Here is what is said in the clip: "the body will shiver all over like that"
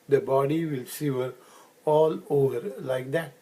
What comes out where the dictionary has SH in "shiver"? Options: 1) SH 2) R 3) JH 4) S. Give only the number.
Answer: 4